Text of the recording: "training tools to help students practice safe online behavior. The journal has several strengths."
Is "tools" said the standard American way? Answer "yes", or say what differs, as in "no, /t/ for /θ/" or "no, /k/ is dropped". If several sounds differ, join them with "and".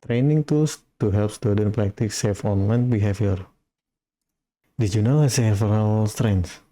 no, /s/ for /z/